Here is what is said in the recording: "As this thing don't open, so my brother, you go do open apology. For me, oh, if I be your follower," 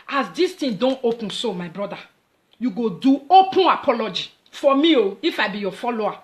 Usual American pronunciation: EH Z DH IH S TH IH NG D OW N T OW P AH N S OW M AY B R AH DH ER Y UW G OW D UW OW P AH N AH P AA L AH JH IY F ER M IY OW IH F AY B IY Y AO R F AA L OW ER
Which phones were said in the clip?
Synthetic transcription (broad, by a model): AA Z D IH S T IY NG D OW N T OW P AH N S OW M AY B R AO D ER Y UW G OW D UW OW P AH N AH P AA L AH JH IY F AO M IY OW IH F AY B IY Y AO F AA L OW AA